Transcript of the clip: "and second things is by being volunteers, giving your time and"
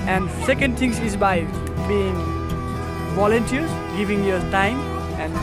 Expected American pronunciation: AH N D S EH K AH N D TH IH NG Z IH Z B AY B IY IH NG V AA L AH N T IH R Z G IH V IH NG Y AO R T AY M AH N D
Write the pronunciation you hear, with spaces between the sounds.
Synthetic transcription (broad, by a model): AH N D S EH K AH N D T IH NG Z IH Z B AY B IY IH NG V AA L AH N T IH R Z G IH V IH NG Y AO R T AY M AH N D